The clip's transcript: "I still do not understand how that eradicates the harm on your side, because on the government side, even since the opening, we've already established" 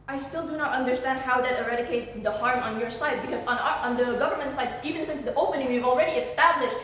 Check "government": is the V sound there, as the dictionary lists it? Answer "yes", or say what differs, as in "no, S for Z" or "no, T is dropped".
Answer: yes